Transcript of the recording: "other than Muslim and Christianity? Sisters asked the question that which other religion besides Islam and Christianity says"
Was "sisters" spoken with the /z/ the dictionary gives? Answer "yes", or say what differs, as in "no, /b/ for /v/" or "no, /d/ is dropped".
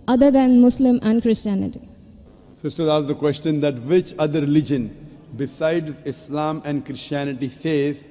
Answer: no, /z/ is dropped